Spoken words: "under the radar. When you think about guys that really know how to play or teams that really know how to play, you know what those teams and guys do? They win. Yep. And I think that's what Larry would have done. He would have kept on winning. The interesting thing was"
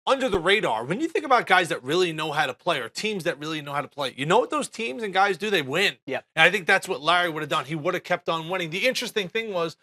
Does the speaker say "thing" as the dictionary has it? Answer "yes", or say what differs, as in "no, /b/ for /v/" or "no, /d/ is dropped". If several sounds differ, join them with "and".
yes